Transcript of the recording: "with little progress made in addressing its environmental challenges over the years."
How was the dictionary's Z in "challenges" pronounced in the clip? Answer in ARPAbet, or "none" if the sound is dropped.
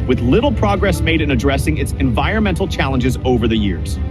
Z